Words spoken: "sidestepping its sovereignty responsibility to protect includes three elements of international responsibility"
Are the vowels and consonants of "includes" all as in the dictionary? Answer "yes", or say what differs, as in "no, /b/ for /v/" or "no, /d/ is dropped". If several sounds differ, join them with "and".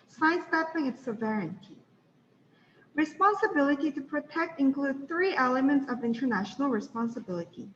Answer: no, /z/ is dropped